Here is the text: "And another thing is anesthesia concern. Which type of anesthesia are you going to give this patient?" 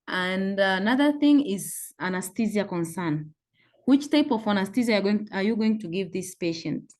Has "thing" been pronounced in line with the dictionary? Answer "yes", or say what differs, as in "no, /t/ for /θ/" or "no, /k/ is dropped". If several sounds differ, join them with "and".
yes